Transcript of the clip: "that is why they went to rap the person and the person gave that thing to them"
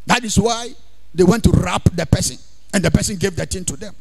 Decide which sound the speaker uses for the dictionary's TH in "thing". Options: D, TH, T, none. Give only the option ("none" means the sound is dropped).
T